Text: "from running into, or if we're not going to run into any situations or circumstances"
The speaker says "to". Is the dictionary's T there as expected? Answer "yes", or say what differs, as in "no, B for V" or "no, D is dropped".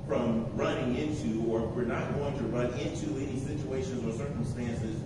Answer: yes